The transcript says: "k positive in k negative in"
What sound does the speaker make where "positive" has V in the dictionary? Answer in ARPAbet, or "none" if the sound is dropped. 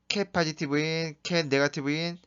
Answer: B